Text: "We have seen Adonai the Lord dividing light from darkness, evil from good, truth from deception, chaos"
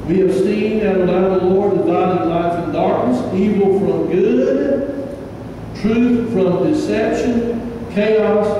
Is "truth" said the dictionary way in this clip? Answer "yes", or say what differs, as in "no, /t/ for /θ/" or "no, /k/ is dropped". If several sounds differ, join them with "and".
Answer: yes